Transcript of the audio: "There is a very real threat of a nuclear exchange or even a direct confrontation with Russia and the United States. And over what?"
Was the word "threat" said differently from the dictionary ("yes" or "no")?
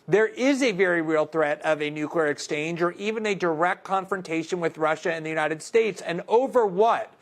no